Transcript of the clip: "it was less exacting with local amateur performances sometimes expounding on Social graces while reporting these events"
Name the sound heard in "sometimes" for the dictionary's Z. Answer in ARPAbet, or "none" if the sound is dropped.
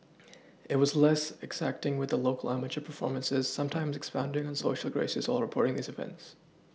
Z